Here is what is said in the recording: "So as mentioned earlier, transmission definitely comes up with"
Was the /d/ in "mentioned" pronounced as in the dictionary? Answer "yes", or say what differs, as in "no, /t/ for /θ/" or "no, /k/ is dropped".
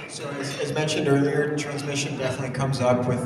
yes